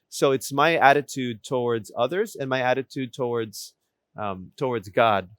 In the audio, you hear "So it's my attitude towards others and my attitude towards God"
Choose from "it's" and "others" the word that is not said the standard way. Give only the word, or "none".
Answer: none